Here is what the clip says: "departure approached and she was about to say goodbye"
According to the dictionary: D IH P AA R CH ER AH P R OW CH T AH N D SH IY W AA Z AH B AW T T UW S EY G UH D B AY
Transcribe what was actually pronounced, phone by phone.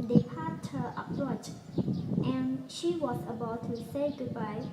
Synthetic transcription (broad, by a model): D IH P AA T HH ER AH P R OW CH T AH N SH IY W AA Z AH B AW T T UW S EY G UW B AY